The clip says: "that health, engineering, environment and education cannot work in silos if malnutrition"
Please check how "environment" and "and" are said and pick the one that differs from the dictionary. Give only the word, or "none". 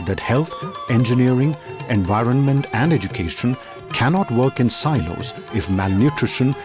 none